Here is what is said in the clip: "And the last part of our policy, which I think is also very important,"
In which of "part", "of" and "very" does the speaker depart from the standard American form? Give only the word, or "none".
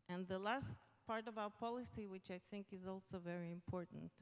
none